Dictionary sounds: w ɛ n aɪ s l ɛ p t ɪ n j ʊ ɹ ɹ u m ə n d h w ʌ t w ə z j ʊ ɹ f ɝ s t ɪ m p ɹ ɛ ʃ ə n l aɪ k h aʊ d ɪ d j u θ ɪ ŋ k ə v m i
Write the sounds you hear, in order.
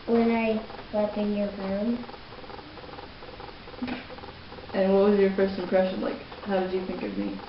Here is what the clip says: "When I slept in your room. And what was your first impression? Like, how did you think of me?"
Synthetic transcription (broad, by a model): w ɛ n aɪ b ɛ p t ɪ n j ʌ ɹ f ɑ ə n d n w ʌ t w ə z j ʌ ɹ f ɝ s t ɪ m p ɹ ɛ ʃ ə n l aɪ k h aʊ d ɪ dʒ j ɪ θ ɪ ŋ k ə v m i